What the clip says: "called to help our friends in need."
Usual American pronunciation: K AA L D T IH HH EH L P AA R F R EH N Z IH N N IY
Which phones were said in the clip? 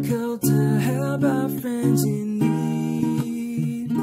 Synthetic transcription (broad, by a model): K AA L T IH HH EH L B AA F R EH N Z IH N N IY